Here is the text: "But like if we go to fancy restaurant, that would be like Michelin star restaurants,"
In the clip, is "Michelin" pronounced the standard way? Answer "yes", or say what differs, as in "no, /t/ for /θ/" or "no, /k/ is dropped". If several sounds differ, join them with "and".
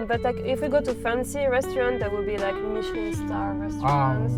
no, /l/ is dropped